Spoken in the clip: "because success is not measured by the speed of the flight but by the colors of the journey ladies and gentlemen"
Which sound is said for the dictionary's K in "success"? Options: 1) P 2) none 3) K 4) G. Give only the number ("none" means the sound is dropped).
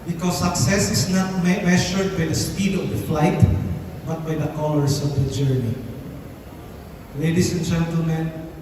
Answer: 3